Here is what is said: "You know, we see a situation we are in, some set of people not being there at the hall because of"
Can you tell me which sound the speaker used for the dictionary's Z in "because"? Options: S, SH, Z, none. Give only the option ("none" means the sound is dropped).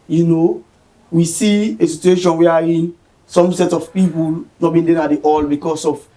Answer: S